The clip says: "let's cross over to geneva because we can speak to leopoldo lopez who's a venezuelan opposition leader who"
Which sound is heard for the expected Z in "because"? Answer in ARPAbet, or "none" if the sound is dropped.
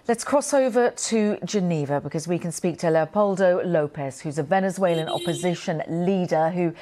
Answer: Z